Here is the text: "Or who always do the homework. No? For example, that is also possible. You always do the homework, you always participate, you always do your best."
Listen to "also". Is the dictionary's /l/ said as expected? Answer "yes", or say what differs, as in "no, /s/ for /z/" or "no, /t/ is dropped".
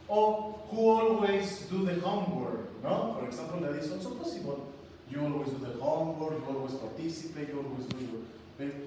no, /n/ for /l/